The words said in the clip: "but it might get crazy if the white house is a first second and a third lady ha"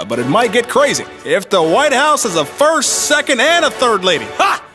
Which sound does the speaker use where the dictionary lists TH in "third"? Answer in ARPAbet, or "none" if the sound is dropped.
TH